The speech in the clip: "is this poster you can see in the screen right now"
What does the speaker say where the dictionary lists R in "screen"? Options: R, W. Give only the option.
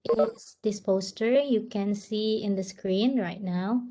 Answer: R